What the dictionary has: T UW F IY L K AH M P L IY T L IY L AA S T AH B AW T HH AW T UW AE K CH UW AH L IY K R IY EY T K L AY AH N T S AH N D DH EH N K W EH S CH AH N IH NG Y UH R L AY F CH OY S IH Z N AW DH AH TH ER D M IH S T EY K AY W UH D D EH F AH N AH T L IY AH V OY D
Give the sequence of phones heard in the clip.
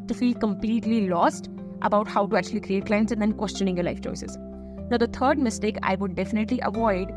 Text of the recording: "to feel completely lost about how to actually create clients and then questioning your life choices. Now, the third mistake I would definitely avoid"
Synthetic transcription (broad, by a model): T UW F IY L K AH M P L IY T L IY L AA S T AH B AW T HH AW T UW AE K CH UW AH L IY K R IY EY T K L AY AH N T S AH N D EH N K W EH S CH AH N IH NG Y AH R L AY F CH OY S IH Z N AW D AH T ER D M IH S T EY K AY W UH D D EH F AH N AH T L IY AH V OY D